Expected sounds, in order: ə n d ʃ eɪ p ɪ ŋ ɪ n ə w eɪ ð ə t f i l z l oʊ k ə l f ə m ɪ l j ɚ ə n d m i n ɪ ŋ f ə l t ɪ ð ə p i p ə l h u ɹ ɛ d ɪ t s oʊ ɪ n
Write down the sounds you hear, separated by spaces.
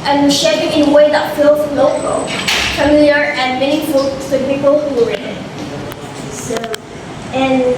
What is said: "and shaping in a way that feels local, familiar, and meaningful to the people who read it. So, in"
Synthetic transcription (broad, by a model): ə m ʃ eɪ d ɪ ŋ ɪ n ə w eɪ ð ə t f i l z l oʊ k ə l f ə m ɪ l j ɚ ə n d m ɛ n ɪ f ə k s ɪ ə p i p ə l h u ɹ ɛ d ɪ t s oʊ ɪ n